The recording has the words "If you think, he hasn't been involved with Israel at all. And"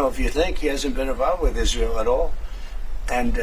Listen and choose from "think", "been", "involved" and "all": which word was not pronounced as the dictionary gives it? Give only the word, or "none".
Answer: involved